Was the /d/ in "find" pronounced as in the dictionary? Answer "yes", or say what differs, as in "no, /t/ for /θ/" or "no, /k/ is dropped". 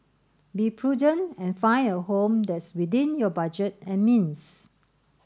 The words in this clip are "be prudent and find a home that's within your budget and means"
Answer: no, /d/ is dropped